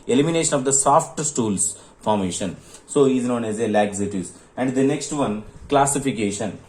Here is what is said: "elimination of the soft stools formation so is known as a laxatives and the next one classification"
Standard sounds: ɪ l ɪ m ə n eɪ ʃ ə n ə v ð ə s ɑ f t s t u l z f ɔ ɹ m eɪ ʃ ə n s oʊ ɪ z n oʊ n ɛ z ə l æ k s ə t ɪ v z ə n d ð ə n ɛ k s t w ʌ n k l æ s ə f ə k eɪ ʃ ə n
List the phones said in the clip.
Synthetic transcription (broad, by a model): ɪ l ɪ m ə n eɪ ʃ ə n ə v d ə s ɑ f t s t u l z f ɔ ɹ m eɪ ʃ ə n s oʊ ɪ z n oʊ n ɛ z ə l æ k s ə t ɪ z ə n d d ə n ɛ k s t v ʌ n k l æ s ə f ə k eɪ ʃ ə n